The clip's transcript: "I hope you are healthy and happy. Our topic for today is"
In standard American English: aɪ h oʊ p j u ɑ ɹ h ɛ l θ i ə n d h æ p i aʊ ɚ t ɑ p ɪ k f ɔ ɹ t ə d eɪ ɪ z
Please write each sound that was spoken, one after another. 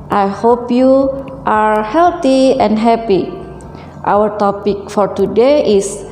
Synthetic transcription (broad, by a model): aɪ h oʊ p j u ɑ ɹ h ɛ l t i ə n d h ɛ p i aʊ ɚ t ɑ p ɪ k f ɔ ɹ t ə d eɪ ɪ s